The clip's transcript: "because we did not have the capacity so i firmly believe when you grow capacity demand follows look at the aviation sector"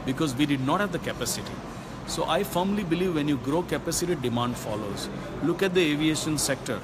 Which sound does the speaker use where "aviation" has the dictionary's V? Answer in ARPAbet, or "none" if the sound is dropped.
V